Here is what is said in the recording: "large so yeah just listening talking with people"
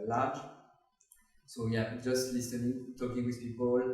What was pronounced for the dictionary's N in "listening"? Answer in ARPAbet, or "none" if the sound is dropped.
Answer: none